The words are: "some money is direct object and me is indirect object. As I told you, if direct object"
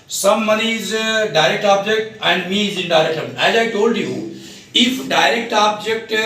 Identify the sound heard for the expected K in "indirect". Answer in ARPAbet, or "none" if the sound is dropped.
none